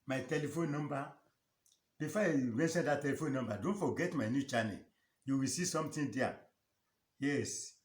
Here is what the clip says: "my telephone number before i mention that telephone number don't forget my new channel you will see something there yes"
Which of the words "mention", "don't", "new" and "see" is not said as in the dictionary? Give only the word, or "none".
mention